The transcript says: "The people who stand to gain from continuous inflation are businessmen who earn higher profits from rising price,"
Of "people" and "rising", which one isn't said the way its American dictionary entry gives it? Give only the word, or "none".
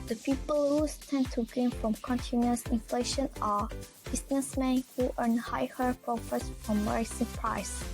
rising